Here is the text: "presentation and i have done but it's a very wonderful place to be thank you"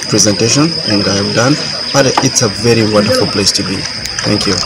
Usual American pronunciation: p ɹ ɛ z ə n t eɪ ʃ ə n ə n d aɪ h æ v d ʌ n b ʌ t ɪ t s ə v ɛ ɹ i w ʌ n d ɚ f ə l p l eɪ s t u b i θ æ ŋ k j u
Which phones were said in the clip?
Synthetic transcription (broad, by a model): p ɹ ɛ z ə n t eɪ ʃ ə n ə n d aɪ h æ v d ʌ n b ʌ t ɪ t s ə v ɛ ɹ i w ʌ n d ɚ f ə l p l eɪ s t u b i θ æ ŋ k j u